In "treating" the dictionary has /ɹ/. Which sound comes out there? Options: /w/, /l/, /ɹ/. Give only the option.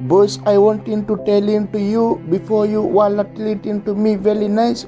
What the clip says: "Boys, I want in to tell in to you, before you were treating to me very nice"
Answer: /l/